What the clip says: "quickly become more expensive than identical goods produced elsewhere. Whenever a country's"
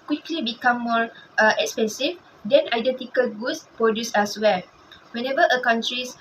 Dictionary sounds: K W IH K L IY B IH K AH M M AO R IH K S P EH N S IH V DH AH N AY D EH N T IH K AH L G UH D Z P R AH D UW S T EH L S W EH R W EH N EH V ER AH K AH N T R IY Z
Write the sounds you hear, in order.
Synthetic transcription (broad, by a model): K W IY K L IY B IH K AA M M AO R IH K S P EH N S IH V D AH N AY D EH N T IH K AH L G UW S P R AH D UW S EH S W EH L W EH N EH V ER AH K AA N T R IY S